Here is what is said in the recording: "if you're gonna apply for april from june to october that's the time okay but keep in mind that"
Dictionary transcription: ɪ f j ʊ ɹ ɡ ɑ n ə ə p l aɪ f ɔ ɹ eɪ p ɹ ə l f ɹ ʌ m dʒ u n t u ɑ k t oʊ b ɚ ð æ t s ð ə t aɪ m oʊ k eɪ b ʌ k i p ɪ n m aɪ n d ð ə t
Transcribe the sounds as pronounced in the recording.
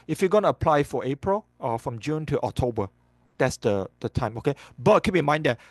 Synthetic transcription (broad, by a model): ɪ f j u ɡ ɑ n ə ə p l aɪ f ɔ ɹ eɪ p ɹ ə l f ɹ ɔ m dʒ u n t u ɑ k t oʊ b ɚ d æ t s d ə t aɪ m oʊ k eɪ b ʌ k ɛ b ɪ m aɪ n d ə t